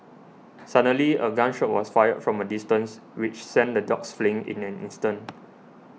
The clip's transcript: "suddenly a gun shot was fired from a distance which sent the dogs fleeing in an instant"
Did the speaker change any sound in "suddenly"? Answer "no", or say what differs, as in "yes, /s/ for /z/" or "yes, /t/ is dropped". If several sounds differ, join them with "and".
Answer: yes, /n/ is dropped